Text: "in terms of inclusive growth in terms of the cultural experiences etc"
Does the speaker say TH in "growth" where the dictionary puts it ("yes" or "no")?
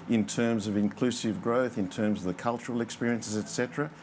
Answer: yes